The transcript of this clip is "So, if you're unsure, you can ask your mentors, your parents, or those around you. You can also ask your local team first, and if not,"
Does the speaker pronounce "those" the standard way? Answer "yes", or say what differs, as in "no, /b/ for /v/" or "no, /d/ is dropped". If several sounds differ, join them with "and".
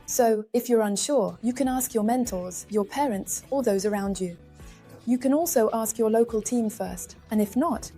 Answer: yes